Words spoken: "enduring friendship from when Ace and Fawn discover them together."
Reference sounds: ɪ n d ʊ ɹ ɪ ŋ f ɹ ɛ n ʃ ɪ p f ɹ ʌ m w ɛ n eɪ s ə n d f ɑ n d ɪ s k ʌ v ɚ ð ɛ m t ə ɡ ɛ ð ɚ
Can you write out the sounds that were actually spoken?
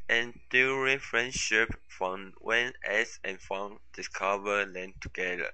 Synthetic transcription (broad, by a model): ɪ n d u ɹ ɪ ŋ f ɹ ɛ n ʃ ɪ p f ɹ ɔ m w ɛ n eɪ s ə n f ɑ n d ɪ s k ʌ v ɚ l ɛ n t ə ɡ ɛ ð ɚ